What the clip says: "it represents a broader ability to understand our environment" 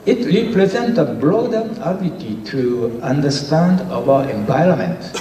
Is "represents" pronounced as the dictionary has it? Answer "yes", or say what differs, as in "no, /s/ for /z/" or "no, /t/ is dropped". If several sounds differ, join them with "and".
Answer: no, /s/ is dropped